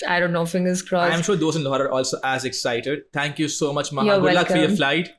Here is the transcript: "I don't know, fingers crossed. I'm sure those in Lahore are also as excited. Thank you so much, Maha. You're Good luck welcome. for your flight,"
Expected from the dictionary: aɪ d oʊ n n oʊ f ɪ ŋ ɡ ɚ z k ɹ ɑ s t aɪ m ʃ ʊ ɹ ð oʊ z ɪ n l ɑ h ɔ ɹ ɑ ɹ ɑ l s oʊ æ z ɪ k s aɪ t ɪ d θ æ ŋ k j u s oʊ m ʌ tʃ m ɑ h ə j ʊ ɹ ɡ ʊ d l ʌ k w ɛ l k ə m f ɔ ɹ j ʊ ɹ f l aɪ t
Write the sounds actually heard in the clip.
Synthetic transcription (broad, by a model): aɪ d oʊ n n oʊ f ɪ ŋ ɡ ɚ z k ɹ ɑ aɪ m ʃ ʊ ɹ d oʊ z ɪ n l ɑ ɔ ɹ ɑ ɹ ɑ l s oʊ æ z ɪ k s aɪ t ɪ d t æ ŋ k j u s oʊ m ʌ tʃ m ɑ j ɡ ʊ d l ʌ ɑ k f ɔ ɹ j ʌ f l aɪ t